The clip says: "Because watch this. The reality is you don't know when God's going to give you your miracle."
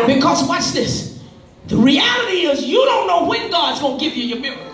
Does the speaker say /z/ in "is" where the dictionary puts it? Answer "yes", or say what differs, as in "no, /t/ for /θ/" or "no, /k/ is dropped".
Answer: yes